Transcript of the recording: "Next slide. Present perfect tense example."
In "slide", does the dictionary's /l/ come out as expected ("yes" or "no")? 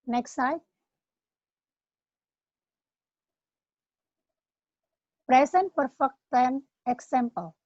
no